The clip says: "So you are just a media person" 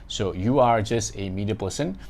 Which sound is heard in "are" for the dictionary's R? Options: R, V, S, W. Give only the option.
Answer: R